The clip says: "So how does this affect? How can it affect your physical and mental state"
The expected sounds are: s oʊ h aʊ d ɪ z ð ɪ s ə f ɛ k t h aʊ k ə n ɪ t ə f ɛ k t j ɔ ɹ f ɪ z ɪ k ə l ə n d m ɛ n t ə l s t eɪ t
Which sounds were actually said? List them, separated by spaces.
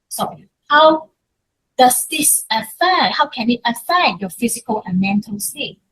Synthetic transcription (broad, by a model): s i h aʊ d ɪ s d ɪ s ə f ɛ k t h aʊ k ə n ɪ t ə f ɛ k t j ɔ f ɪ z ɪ k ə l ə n m ɛ n t ə l s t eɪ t